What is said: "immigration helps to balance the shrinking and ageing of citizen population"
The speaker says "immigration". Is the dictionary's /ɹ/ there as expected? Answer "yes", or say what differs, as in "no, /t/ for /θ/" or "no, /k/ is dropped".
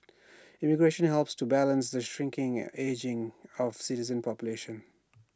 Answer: yes